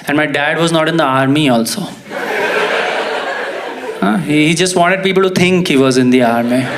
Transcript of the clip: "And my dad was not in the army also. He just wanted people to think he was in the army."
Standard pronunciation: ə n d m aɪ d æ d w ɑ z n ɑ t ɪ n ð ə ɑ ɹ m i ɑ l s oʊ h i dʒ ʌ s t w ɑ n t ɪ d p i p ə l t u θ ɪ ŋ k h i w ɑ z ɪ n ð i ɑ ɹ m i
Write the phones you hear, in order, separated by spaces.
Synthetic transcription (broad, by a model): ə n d m aɪ d æ d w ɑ z n ɑ t ɪ n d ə ɑ ɹ m i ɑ l s oʊ h i dʒ ʌ s t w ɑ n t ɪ d p i p ə l t u t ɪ ŋ k h i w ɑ z ɪ n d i ɑ ɹ m i